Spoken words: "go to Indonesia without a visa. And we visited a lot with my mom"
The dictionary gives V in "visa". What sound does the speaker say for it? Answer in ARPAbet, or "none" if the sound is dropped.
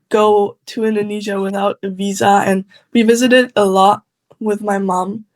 V